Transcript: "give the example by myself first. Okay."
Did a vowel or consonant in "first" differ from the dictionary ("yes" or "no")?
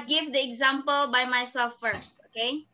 no